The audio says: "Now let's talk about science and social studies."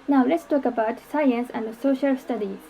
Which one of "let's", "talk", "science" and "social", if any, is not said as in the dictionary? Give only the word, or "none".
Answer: none